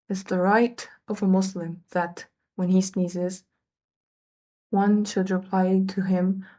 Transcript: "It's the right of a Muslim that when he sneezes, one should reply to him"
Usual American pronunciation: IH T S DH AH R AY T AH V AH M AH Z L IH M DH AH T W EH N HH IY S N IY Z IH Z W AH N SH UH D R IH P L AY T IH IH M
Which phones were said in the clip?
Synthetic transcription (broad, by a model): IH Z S DH AH R AY T AH V AH M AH S L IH M DH AH T W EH N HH IY S N IY Z IH Z W AH N SH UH D R IH P L AY T IH IH M